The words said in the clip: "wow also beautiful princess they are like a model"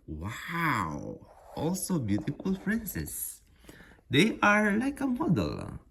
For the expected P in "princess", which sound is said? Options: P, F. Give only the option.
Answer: F